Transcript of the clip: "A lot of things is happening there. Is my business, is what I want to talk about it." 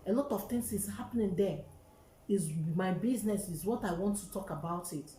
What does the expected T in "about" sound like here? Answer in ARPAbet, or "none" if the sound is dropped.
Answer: T